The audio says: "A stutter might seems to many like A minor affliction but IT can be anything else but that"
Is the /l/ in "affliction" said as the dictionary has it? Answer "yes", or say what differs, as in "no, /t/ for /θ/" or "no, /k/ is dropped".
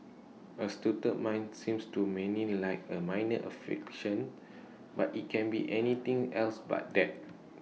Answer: no, /l/ is dropped